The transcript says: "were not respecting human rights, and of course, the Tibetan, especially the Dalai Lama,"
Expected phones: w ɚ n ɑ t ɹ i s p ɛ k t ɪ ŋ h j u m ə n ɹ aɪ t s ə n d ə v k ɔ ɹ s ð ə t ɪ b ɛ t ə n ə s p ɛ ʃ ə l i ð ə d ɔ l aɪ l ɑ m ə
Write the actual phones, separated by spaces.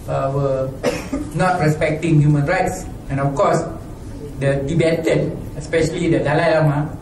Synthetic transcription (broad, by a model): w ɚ n ɑ t ɹ i s p ɛ k t ɪ ŋ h j u m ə n ɹ aɪ t s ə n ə f k ɔ s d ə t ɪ b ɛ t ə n ə s p ɛ ʃ ə l i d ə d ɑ l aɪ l ɑ m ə